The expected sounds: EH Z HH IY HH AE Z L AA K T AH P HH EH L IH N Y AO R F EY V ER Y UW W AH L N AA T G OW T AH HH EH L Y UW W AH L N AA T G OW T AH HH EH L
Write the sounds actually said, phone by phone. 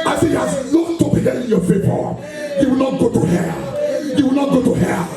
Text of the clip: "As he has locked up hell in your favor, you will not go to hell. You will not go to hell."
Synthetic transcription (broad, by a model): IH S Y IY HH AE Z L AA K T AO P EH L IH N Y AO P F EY P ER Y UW W AH L N AA T G OW T AH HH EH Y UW W AH L N AA T G OW T AH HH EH